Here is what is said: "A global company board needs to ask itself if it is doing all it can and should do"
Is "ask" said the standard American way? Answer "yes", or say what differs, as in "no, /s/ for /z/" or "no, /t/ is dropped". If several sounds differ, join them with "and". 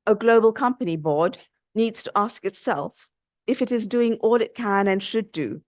yes